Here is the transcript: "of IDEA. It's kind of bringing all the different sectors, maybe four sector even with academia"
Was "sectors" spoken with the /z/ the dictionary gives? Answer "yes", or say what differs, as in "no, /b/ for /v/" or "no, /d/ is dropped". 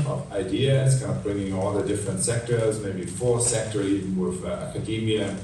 yes